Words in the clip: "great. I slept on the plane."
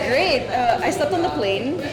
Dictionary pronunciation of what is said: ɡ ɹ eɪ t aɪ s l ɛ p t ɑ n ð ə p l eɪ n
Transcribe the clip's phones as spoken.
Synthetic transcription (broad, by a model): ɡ ɹ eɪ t aɪ s ɛ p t n ð ə p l eɪ n